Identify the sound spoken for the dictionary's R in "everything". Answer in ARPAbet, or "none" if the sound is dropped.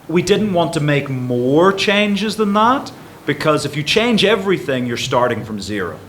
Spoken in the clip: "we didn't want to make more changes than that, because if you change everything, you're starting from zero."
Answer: R